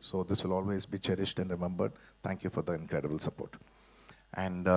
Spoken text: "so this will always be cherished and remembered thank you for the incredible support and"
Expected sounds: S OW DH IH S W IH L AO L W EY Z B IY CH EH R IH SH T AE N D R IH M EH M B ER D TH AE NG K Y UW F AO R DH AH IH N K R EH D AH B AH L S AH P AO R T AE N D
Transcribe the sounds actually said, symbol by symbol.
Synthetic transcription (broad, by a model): S OW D IH S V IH L AO L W EY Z B IY CH EH R IH SH T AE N D R IH M EH M B ER D T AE NG K Y UW F AO R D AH IH N K R EH D AH B AH L S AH P AO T T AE N D